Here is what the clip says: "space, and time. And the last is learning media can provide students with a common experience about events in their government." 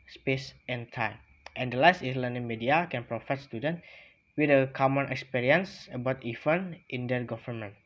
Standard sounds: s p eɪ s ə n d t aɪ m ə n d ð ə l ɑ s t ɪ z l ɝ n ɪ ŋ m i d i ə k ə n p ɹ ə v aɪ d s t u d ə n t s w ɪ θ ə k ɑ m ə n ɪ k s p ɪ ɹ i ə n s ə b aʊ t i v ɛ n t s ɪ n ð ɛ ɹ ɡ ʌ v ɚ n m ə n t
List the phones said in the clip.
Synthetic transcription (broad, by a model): s p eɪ s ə n t aɪ m ə n d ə l ɑ s t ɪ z l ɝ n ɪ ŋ m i d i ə k ə n p ɹ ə f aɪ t s t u d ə n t w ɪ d ə k ɑ m ə n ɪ k s p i ɹ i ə n s ə b aʊ t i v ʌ n t ɪ n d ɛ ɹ ɡ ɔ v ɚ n m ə n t